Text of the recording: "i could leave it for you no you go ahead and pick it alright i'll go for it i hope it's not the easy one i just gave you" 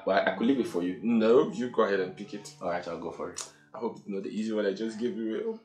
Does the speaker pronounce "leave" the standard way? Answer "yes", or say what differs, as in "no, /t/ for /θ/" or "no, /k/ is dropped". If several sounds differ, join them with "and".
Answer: no, /b/ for /v/